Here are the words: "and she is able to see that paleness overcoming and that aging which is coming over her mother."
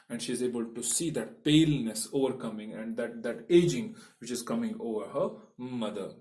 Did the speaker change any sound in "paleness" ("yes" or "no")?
no